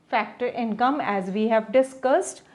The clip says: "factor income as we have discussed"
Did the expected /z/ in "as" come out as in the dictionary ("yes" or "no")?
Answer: yes